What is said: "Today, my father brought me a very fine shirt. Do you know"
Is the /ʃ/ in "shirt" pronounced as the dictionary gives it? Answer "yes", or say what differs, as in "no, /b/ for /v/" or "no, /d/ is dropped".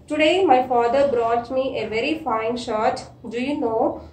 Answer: yes